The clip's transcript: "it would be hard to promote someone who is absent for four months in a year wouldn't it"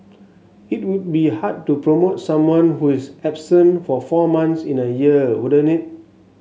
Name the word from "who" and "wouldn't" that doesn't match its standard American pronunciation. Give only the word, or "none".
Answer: wouldn't